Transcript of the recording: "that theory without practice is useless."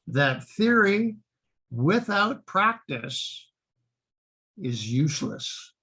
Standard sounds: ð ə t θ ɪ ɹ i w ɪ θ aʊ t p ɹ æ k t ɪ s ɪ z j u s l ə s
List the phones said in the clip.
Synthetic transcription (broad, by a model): ð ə t θ ɪ ɹ i w ɪ θ aʊ t p ɹ æ k t ɪ s ɪ z j u s l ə s